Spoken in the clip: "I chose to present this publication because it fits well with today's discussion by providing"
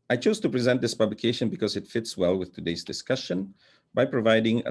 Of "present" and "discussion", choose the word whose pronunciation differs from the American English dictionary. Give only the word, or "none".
none